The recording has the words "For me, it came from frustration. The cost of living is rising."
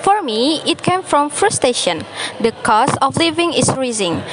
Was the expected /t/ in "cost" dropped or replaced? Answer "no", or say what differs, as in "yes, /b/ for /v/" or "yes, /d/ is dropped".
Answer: yes, /t/ is dropped